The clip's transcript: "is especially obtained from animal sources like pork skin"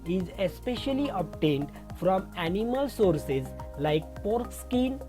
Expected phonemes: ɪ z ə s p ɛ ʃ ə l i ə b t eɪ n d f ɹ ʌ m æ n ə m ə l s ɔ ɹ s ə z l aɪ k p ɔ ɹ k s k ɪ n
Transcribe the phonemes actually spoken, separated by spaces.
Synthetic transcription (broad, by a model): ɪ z ə s p ɛ ʃ ə l i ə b t eɪ n d f ɹ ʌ m æ n ə m ə l s ɔ ɹ s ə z l aɪ k p ɔ ɹ k s k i n